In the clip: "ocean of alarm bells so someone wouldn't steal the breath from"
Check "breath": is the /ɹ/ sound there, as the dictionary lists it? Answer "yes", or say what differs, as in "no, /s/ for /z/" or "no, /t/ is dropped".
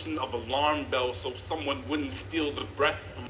yes